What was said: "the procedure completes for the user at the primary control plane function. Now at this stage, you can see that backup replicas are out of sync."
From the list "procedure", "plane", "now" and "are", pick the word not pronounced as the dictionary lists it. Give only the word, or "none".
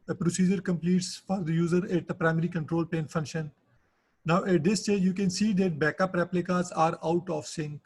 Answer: plane